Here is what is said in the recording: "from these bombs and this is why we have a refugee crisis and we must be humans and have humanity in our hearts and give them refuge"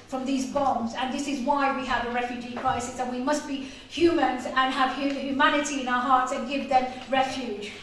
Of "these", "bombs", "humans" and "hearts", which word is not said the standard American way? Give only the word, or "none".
none